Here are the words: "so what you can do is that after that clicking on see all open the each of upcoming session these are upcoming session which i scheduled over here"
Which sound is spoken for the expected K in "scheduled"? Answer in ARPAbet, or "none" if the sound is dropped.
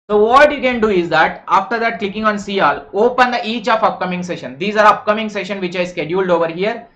K